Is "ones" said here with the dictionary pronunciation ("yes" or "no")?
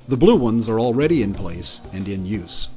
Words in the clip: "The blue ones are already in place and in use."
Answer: yes